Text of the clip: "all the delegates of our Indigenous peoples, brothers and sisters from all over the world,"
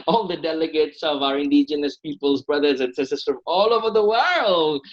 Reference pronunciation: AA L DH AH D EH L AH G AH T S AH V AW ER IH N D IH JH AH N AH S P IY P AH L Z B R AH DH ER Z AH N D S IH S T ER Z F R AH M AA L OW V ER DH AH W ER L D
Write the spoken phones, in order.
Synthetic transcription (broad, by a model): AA L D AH D EH L AH G AH T S AH V AW ER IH N D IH JH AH N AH S P IY P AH L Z B R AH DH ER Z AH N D S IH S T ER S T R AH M AA L OW V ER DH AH W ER L D